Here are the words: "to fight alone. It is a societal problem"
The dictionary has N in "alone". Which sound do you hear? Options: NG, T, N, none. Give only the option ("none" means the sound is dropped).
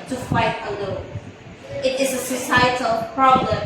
none